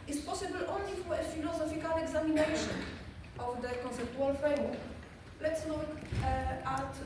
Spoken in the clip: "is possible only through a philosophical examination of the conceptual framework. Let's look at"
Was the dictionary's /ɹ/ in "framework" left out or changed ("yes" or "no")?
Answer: yes